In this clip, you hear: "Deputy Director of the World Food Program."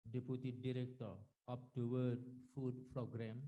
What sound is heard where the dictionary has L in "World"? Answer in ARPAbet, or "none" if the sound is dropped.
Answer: none